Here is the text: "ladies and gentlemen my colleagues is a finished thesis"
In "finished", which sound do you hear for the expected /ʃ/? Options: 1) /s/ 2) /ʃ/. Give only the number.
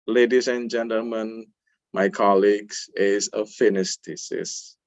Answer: 1